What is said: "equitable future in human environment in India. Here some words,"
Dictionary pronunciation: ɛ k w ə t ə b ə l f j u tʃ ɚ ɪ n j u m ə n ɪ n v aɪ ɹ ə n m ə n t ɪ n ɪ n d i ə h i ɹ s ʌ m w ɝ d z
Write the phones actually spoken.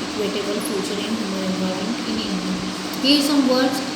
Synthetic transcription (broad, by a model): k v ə t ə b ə l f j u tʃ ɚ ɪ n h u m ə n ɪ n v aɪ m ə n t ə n ɪ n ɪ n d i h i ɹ s ʌ m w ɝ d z